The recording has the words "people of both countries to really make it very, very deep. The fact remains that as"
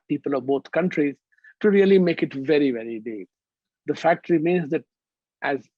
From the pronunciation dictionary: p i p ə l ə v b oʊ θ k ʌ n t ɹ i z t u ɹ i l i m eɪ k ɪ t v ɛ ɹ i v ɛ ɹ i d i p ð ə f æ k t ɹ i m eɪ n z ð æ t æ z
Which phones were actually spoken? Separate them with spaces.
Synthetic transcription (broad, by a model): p i p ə l ə v b oʊ t k ʌ n t ɹ i z t u ɹ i l i m eɪ k ɪ t v ɛ ɹ i v ɛ ɹ i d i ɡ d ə f æ k t ɹ i m eɪ n z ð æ t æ z